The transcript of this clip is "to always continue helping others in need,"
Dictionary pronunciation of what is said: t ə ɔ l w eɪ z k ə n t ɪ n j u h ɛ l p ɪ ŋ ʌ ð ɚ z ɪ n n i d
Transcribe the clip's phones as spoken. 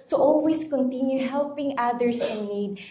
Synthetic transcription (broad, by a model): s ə ɔ l w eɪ s k ə n t ɪ n j u h ɛ l p ɪ ŋ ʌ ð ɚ s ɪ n n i d